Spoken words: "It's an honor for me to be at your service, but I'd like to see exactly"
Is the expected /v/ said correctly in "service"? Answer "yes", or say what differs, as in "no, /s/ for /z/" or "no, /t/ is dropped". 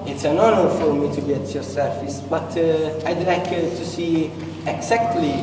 no, /f/ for /v/